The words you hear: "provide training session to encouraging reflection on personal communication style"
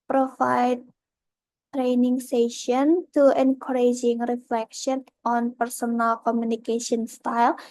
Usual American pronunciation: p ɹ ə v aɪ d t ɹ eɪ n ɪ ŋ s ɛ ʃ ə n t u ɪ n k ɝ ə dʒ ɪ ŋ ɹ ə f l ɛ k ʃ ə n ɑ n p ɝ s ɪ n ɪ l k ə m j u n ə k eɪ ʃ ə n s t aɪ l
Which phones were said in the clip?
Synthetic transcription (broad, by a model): p ɹ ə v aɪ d t ɹ eɪ n ɪ ŋ s ɛ ʃ ə n t u ɪ n k ɝ ə dʒ ɪ ŋ ɹ ə f l ɛ k ʃ ə n ɑ n p ɝ s ɪ n ɪ l k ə m j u n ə k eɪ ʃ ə n s t aɪ l